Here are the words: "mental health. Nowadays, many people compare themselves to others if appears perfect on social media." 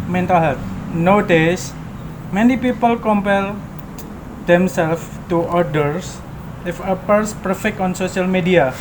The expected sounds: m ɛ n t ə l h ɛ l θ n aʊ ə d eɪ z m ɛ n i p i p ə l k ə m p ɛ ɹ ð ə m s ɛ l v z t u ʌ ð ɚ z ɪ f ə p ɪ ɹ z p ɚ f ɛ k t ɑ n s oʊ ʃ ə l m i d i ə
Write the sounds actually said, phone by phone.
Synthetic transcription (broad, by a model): m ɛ n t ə l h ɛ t n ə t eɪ s m ɛ n i p i p ə l k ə m p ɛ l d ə m s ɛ l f t u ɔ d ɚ s ɪ f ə p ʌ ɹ s p ɚ f ɛ k t ɑ n s oʊ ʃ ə l m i d i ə